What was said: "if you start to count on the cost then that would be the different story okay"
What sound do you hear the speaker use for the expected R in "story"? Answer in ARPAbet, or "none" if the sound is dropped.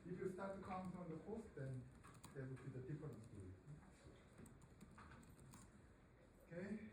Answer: none